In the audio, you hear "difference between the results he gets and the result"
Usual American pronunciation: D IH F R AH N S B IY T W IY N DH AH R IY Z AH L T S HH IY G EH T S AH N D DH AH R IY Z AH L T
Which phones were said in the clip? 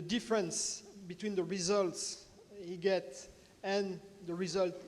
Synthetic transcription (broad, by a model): D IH F R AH N S B IY T W IY N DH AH R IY Z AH L T S HH IY G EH T AH N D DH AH R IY Z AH L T